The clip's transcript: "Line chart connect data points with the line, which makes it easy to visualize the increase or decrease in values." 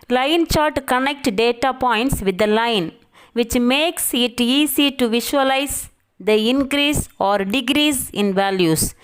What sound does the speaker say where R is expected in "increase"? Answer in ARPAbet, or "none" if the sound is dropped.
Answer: R